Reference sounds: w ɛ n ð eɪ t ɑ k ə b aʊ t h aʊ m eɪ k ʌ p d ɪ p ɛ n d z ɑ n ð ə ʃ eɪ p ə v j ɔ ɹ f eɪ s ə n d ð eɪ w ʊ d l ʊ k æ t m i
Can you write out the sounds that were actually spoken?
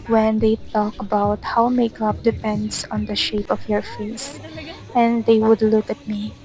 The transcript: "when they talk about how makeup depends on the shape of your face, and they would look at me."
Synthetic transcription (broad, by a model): w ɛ n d eɪ t ɑ k ə b aʊ t h aʊ m eɪ k ʌ p d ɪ p ɛ n d s ɑ n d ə ʃ eɪ p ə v j ɔ ɹ f eɪ s ə n d eɪ w ʊ d l ʊ k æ t m i